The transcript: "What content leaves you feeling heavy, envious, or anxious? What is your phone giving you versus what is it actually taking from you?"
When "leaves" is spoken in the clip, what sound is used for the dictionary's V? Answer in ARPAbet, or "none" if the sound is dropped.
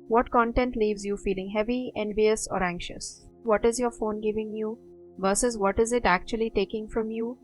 V